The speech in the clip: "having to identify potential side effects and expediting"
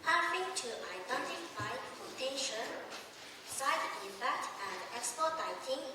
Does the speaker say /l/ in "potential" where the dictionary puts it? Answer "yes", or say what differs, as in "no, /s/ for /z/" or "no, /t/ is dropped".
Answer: no, /n/ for /l/